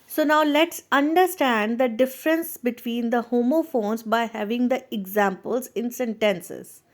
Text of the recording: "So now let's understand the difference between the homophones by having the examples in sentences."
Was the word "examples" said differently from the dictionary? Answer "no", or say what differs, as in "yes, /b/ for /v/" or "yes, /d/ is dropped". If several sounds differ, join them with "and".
no